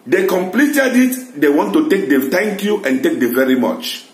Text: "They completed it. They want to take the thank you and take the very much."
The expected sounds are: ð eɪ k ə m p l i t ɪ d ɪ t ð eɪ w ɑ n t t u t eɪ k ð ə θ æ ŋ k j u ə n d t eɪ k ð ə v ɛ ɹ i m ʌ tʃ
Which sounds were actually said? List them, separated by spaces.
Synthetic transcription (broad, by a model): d eɪ k ə m p l i t ɪ d ɪ t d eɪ w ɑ n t t u t eɪ k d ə t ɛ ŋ k j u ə n t eɪ k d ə v ɛ ɹ i m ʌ tʃ